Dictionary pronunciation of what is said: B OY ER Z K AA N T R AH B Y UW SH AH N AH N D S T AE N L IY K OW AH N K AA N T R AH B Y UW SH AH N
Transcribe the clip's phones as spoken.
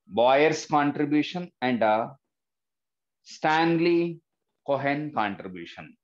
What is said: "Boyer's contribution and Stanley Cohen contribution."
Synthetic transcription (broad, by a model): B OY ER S K AA N T R AH B Y UW SH AH N AH N D S T AE N L IY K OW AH N K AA N T R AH B Y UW SH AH N